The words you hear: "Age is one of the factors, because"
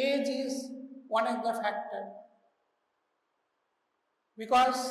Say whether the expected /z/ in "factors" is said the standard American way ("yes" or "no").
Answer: no